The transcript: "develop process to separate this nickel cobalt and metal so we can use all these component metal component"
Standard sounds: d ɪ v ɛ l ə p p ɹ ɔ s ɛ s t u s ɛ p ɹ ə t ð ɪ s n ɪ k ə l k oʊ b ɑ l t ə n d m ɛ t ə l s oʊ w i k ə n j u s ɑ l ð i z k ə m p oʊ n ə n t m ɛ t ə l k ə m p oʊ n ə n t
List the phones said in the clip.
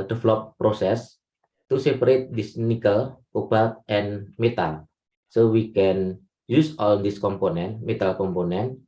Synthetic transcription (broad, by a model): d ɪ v l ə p p ɹ ɔ s ɛ s t u s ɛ p ɹ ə t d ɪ s n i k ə l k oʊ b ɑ t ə n m ɛ t ə l s oʊ w i k ə n j u s ɑ l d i s k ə m p oʊ n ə n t m ɛ t ə l k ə m p oʊ n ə n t